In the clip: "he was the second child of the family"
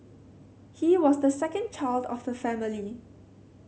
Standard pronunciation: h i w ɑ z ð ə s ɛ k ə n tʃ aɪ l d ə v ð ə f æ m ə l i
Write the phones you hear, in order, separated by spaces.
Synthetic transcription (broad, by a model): h i w ɑ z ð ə s ɛ k ə n tʃ aɪ l d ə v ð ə f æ m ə l i